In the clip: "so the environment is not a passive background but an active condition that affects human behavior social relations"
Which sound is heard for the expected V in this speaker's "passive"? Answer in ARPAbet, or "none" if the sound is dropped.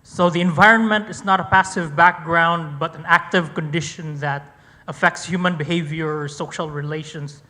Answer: V